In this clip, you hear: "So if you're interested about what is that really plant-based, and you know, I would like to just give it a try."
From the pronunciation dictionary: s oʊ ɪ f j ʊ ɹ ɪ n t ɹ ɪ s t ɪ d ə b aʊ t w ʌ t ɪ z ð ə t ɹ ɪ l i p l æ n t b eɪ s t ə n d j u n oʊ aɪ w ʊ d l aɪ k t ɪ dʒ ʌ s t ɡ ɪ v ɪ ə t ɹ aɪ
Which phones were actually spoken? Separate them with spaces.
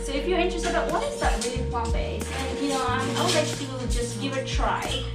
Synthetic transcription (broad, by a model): s oʊ ɪ f j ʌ ɹ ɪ n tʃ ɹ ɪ s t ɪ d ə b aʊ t w ʌ t ɪ z ð ə t ɹ ɪ l i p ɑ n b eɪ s ə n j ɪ n oʊ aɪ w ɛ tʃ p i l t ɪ dʒ ʌ s t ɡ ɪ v ɪ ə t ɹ aɪ